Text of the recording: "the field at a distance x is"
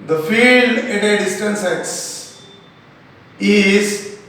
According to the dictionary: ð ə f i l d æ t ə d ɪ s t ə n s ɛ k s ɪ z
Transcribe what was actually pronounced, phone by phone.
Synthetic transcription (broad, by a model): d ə f i l d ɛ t ə d ɪ s t ə n s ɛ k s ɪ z